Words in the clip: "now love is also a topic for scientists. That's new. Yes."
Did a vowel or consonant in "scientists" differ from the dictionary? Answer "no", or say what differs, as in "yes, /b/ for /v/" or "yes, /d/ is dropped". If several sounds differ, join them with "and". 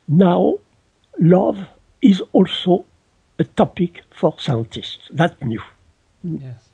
no